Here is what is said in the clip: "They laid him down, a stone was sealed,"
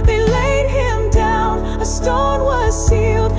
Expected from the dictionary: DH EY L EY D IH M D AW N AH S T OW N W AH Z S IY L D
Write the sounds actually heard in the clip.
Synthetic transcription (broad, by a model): DH EY L EY D IH M D AW N AH S T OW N W AH Z S IY L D